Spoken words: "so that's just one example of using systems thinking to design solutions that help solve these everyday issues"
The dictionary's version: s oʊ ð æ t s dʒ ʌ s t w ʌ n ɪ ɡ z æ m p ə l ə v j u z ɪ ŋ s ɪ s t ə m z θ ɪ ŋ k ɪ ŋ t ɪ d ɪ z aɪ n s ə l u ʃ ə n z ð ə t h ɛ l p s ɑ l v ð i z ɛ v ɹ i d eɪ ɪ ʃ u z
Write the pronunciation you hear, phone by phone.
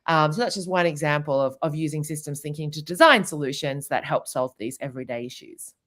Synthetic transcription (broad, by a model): s oʊ ð æ t s dʒ ʌ s t w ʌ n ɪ ɡ z æ m p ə l ə v j u z ɪ ŋ s ɪ s t ə m z θ ɪ ŋ k ɪ ŋ t ɪ d ɪ z aɪ n s ə l u ʃ ə n z ð ə t h ɛ l p s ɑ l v ð i z ɛ v ɹ i d eɪ ɪ ʃ u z